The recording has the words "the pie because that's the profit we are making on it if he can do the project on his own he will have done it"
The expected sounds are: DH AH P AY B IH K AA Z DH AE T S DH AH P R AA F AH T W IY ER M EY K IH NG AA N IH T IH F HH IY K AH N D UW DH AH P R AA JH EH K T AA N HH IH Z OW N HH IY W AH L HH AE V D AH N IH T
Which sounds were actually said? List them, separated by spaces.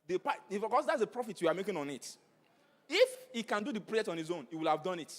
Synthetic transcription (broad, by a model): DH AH P AY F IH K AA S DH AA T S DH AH P R AA F AH T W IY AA M EY K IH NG AA N IH T IH F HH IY K AH N D UW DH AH P R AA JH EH K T AA N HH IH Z OW N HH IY W AH L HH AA V D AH N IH T